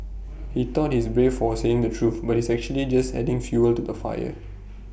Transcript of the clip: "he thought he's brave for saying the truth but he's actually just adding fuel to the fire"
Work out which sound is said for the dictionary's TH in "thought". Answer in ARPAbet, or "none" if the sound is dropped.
T